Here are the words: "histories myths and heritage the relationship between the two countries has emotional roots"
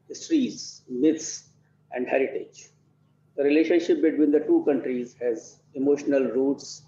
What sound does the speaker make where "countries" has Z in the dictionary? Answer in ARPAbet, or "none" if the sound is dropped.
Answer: Z